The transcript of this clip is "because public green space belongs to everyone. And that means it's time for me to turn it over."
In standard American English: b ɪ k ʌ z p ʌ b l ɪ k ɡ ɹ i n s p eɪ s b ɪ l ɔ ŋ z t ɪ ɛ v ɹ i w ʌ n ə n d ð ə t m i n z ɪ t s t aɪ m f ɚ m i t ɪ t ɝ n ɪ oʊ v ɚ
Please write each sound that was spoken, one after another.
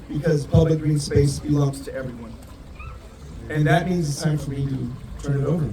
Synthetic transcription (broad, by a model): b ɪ k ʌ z p ʌ b l ɪ k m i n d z eɪ s b ɪ l ɔ ŋ z t ɪ ɛ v ɹ i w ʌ n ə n ð ə t m i n z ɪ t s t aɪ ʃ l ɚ m i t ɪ t ɝ n ɪ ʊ v ɚ